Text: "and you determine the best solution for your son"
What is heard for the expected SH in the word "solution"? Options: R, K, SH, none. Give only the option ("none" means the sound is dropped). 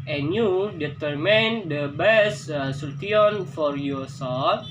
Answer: none